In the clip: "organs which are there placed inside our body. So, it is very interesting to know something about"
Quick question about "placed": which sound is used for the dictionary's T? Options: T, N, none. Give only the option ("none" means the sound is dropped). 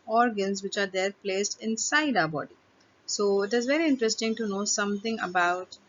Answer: T